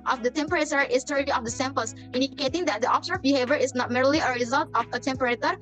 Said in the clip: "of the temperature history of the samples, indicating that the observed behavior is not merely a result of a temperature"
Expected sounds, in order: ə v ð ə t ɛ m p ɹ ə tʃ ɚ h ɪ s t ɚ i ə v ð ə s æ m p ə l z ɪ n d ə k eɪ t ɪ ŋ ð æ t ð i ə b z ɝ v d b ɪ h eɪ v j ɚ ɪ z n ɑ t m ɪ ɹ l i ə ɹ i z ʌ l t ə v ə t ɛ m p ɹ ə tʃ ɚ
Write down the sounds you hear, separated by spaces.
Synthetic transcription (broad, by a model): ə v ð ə t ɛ m p ɹ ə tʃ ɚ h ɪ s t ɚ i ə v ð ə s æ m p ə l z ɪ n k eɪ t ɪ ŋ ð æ t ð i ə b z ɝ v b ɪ h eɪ v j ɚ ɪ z n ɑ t m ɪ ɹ l i ə ɹ i z ʌ l t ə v ə t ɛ m p ɹ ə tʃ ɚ